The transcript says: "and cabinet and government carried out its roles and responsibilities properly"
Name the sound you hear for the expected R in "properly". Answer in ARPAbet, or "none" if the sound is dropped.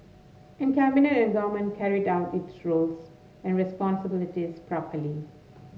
R